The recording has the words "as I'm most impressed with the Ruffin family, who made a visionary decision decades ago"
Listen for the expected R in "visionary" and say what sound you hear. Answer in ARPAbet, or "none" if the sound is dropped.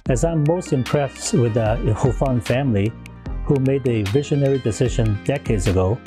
R